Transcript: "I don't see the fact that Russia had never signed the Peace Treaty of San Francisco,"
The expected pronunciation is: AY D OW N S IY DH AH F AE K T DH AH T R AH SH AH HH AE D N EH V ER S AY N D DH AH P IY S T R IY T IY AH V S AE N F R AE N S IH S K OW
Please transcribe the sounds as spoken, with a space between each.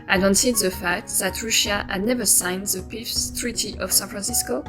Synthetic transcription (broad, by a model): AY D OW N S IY DH AH F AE K T DH AH T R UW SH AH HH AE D N EH V ER S AY N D DH AH P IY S T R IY T IY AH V S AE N F R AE N S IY S K OW